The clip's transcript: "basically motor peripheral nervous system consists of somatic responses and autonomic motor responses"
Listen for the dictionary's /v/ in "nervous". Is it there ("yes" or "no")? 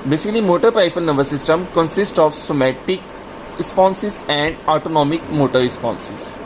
no